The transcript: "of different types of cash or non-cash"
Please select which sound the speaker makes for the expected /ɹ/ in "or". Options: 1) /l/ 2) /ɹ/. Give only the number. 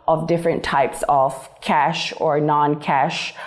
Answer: 2